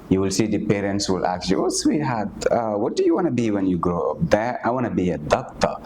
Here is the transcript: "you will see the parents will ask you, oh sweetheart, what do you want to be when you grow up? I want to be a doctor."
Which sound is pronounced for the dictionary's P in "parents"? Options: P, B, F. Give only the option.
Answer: P